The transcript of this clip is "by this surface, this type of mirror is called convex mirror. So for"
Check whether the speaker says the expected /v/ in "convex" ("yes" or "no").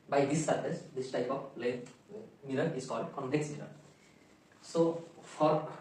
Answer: no